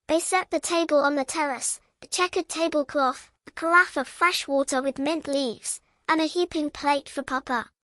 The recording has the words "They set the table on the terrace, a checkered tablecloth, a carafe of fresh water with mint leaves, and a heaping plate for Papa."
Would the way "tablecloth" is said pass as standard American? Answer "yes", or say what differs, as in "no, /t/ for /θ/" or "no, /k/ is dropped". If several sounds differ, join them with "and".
yes